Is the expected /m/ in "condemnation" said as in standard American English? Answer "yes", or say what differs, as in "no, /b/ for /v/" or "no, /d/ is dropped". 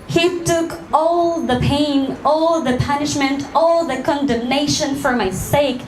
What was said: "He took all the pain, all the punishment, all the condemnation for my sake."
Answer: yes